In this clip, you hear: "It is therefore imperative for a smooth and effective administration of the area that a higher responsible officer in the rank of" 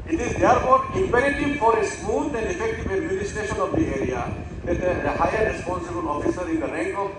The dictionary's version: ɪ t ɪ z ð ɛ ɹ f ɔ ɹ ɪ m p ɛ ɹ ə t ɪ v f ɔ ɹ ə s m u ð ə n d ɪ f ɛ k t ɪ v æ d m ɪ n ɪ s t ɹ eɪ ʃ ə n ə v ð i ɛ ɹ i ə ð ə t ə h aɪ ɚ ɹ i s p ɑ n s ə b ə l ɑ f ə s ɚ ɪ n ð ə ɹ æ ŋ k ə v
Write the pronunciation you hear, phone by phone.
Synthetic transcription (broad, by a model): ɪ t ɪ z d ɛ ɹ p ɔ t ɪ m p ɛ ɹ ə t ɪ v f ɔ ɹ ə s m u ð ə n d ɪ f ɛ k t ɪ v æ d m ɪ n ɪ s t eɪ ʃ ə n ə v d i ɛ ɹ i ə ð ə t ə h aɪ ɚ ɹ i s p ɑ n s ə b ə l ɑ f ə s ɚ ɪ n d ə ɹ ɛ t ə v